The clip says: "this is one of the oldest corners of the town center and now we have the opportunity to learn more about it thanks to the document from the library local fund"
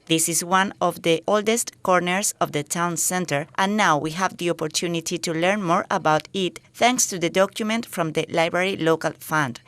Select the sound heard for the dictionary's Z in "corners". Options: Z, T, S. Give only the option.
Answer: S